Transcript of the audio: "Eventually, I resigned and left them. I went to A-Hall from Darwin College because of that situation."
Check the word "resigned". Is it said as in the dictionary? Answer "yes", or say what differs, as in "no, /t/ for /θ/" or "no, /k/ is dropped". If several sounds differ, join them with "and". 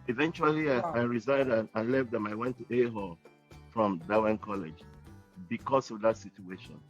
yes